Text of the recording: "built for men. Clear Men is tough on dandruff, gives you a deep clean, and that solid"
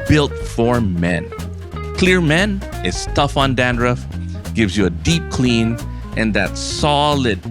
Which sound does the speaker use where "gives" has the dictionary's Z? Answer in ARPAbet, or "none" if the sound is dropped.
Z